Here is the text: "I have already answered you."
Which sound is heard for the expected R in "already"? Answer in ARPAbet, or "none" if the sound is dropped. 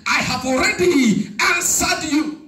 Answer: R